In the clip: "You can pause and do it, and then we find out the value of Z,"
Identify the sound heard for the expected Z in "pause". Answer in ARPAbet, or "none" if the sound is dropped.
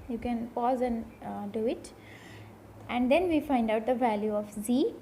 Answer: Z